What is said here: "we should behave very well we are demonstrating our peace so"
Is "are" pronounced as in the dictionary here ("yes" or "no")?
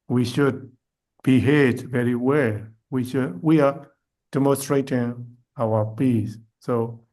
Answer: no